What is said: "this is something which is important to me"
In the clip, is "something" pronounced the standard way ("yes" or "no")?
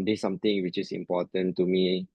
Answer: no